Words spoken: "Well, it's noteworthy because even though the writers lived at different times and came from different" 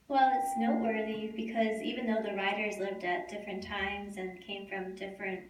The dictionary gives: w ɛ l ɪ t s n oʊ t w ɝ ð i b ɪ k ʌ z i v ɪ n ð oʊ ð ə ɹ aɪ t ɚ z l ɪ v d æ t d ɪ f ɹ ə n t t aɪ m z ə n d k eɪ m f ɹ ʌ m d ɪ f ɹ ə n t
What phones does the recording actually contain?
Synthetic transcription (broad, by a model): w ɛ l ɪ t s n oʊ t w ɝ ð i b ɪ k ʌ z i v ɪ n ð oʊ ð ə ɹ aɪ t ɚ z l ɪ v d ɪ t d ɪ f ɹ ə n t t aɪ m z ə n k eɪ m f ɹ ʌ m d ɪ f ɹ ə n t